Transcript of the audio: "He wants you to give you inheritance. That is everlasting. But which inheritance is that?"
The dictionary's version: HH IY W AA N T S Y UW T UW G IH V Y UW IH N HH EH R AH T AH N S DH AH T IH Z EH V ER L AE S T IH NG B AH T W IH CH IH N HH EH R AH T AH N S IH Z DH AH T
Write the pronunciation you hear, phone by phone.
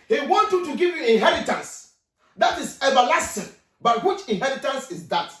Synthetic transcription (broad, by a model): HH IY W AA N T Y UW T UW G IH V Y UW IH N HH EH R AH T AH N S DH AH T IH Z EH V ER L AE S T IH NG B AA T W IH CH IH N HH EH R AH T AH N S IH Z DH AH T